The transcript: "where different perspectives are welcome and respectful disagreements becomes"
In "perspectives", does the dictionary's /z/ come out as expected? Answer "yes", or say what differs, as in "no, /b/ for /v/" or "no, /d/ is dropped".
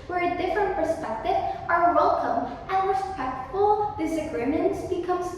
no, /z/ is dropped